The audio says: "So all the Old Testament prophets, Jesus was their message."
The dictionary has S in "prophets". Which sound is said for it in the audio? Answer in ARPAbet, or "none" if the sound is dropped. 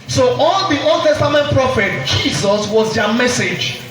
none